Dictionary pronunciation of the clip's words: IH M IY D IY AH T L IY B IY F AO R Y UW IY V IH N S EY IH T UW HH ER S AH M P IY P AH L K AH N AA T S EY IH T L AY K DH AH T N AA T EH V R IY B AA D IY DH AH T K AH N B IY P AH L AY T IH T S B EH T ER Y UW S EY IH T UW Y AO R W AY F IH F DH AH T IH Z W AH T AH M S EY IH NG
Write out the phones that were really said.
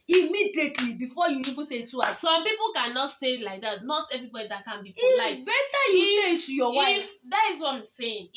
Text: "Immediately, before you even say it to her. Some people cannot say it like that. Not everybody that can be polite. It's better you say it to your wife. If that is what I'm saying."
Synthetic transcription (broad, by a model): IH M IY D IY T L IY B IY F AO Y UW IY V IH N S EY IH T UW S S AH M P IY P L K AH N AA T S EY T L AY K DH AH T N AA T EH V R IY B AA D IY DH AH T K AH N B IY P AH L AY IH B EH T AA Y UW S EY IH T UW Y AO W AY IH F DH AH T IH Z W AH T AH M S EY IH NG